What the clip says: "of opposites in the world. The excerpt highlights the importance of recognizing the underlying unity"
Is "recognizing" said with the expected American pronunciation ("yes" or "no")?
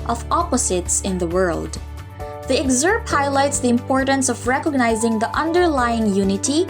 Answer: yes